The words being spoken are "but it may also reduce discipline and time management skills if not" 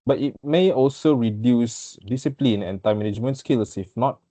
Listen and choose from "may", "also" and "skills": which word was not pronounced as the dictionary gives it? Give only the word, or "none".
skills